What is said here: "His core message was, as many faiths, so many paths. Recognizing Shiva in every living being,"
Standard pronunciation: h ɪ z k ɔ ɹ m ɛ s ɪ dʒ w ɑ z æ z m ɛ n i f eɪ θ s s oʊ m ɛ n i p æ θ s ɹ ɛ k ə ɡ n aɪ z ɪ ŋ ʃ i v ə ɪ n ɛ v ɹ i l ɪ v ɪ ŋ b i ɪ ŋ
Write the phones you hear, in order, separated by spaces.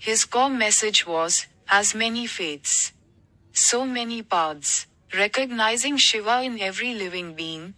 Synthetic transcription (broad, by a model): h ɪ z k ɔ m m ɛ s ɪ dʒ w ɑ z æ z m ɛ n i f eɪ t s s oʊ m ɛ n i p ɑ t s ɹ ɛ k ə ɡ n aɪ z ɪ ŋ ʃ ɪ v ə ɪ n ɛ v ɹ i l ɪ v ɪ ŋ b i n